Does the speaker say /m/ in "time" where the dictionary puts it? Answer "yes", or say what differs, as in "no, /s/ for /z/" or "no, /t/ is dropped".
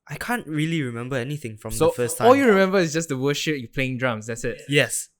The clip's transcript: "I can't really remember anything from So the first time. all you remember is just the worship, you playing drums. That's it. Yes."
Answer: no, /m/ is dropped